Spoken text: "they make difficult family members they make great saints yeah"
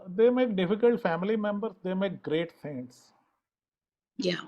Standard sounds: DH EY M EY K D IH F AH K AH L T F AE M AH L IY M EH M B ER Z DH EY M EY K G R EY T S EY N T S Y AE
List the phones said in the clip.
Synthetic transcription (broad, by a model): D EY M EY K D IH F AH K AH L T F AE M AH L IY M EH M B ER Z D EY M EY K G R EY T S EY T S Y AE